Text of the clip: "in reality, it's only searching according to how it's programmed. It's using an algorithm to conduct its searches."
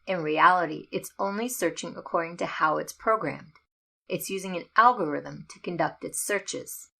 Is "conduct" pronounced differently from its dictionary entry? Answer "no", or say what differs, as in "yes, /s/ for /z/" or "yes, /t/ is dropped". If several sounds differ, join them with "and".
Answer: no